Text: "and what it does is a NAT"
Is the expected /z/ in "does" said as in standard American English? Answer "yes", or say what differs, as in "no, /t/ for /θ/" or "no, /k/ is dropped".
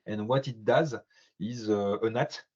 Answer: yes